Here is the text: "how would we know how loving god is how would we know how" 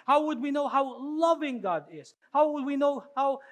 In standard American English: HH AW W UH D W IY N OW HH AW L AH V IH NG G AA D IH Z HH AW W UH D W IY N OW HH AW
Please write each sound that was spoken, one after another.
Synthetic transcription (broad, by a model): HH AW W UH D W IY N OW HH AW L AH V IH NG G AA D IH Z HH AW W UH D W IY N OW HH AW